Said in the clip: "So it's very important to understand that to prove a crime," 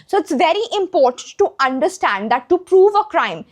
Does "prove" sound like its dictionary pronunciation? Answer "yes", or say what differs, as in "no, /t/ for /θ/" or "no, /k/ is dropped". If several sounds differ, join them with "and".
yes